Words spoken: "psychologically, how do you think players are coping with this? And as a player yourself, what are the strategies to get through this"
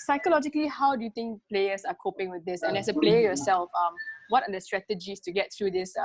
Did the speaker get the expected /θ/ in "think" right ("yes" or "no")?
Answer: no